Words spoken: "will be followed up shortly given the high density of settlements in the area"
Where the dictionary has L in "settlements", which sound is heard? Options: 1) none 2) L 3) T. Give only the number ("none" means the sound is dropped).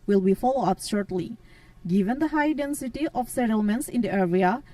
2